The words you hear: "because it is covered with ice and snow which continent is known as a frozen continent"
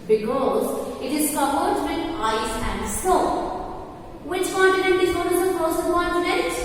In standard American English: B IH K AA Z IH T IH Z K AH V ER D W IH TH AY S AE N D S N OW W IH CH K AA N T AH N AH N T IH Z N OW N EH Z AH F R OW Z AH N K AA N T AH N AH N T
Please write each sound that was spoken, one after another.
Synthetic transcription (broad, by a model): B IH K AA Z IH T IH Z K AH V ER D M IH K AY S AE N D S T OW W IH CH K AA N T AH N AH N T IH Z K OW IH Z AH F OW S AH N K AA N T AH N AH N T